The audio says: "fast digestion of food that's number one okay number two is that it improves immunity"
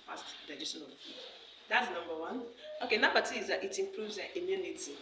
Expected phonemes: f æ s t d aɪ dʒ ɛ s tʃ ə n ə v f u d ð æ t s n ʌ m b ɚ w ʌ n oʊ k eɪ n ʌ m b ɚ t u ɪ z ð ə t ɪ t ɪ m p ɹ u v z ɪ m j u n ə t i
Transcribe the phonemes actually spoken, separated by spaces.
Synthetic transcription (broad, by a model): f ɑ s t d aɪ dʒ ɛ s ə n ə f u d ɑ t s n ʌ m b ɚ w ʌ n oʊ k eɪ n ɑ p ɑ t ɪ z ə t ɪ t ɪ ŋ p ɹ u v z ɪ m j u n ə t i